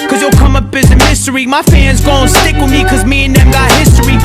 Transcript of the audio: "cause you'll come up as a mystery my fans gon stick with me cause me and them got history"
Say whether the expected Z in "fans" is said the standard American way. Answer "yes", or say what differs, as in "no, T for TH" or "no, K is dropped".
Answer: yes